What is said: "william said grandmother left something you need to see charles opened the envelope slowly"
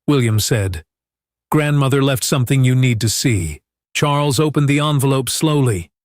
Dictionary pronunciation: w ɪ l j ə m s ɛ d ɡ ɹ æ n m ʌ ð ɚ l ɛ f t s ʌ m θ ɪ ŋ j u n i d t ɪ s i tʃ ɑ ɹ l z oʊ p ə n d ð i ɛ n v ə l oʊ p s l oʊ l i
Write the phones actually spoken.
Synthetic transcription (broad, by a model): w ɪ l j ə m s ɛ d ɡ ɹ æ n m ʌ ð ɚ l ɛ f t s ʌ m θ ɪ ŋ j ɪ n i d t ɪ s i tʃ ɑ ɹ l z oʊ p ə n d ð i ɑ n v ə l oʊ p s l oʊ l i